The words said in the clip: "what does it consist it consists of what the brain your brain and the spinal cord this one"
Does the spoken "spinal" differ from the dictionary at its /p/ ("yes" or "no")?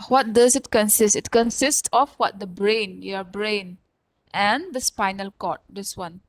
no